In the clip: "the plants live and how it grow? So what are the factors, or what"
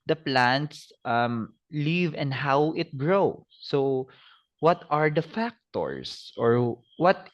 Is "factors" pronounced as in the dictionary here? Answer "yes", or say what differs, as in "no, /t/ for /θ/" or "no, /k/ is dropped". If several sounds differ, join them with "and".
no, /s/ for /z/